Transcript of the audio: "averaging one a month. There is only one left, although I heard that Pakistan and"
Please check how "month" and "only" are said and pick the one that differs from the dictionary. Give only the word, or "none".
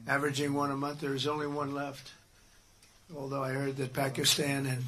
none